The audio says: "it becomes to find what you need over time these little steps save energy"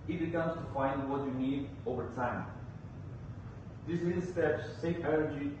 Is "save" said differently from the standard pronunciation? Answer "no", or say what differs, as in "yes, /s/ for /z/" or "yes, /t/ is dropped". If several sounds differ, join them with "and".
yes, /f/ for /v/